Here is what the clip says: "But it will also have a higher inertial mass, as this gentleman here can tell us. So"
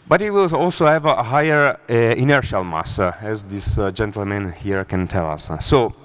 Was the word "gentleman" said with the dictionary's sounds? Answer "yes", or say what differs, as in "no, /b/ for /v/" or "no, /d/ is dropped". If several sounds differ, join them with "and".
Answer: yes